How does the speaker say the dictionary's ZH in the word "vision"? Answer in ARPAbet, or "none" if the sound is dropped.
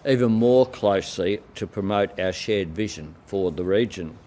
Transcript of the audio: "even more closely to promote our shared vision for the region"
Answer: ZH